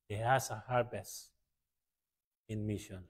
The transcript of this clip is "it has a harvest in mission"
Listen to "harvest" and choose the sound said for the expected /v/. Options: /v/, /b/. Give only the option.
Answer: /b/